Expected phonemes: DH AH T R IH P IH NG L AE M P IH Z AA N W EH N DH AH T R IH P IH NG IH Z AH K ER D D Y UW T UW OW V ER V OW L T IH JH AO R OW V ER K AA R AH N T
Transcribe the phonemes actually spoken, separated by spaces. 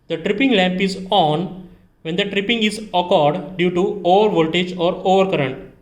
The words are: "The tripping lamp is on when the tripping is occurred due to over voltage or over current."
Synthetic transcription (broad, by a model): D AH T R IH P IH NG L AE M P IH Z AA N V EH N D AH T R IH P IH NG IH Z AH K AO D D Y UW T UW OW V ER V OW L T IH JH AO R OW V ER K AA R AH N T